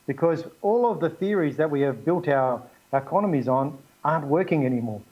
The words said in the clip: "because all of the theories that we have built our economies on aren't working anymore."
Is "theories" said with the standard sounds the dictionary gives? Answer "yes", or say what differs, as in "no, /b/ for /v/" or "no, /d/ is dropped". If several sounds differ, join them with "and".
yes